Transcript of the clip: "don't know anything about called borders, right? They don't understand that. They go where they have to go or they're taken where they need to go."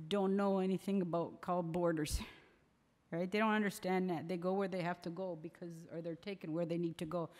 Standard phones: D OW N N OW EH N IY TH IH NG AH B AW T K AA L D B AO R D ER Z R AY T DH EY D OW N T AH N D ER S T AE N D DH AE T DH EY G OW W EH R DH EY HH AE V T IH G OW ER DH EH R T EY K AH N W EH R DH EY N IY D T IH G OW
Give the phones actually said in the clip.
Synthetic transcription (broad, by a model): D OW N N OW EH N IY TH IH NG AH B AW T K AA L D B AO R D ER Z R AY T DH EY D OW N T AH N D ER S T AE N DH AE T DH EY G OW W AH R DH EY HH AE F T IH G OW ER DH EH R T EY K AH N W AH R DH EY N IY D T IH G OW